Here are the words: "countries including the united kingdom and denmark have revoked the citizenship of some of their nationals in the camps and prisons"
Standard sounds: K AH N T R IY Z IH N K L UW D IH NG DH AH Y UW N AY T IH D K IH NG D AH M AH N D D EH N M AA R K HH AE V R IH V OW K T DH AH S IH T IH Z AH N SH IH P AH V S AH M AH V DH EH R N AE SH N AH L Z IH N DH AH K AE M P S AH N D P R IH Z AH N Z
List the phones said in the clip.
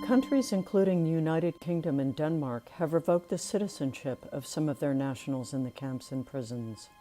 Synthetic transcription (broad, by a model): K AH N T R IY Z IH N K L UW D IH NG DH AH Y UW N AY T IH D K IH NG D AH M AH N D D EH N M AA R K HH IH V R IH V OW K T DH AH S IH T IH Z AH N SH IH P AH V S AH M AH V DH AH R N AE SH N L Z IH N DH AH K AE M P S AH N P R IH Z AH N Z